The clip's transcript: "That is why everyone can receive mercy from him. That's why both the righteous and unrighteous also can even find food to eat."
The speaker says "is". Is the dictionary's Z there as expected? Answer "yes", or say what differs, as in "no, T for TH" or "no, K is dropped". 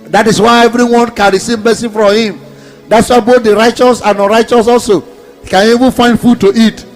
no, S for Z